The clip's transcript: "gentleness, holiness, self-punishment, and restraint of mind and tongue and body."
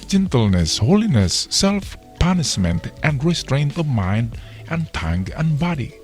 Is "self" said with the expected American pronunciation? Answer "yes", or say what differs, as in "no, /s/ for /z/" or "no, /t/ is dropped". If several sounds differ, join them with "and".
yes